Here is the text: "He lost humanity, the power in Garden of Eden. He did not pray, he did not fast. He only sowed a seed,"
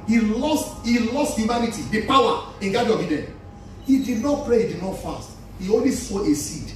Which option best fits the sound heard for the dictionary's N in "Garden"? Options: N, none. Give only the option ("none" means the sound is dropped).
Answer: none